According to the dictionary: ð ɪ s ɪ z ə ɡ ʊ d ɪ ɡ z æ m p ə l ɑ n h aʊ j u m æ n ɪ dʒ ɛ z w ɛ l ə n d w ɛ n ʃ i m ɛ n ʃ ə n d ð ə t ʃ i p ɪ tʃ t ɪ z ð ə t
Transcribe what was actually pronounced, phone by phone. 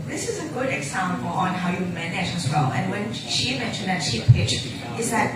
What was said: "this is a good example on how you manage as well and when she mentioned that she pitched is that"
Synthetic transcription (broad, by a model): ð ɪ s ɪ z ə ɡ ʊ d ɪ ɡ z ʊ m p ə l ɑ n h aʊ j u m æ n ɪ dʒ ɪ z w ɛ l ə n w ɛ n ʃ i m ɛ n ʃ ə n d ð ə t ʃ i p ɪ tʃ ɪ z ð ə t